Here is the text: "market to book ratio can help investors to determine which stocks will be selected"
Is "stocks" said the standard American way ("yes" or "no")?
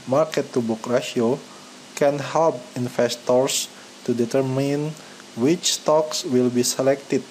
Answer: yes